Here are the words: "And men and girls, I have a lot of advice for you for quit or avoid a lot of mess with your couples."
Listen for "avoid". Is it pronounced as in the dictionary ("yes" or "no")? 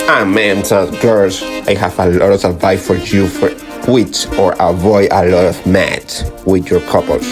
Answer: yes